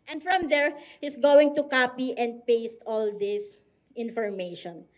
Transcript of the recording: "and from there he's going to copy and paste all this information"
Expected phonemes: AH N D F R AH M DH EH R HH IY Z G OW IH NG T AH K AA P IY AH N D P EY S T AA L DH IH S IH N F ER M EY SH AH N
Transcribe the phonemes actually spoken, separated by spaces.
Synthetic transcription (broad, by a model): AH N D F R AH M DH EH R HH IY S G OW IH NG T AH K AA P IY AH N D P EY S T AA L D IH S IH N F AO M EY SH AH N